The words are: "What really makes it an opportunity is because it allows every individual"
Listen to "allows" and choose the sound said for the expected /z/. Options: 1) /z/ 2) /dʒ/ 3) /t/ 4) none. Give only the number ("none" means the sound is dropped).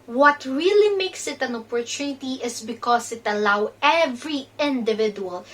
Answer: 4